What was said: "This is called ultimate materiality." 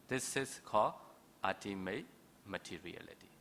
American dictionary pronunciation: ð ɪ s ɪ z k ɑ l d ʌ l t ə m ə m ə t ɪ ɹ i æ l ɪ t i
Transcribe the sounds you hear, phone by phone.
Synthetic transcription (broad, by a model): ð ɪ s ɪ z k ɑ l ʌ t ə m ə m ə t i ɹ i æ l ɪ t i